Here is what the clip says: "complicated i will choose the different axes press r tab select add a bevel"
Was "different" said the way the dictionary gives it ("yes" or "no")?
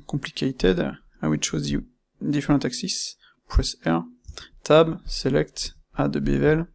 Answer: no